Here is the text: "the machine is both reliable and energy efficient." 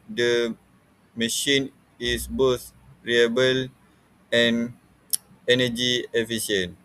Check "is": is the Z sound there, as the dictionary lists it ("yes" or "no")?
no